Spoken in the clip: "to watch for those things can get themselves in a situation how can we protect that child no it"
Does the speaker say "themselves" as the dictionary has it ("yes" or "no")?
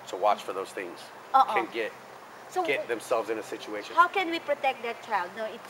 yes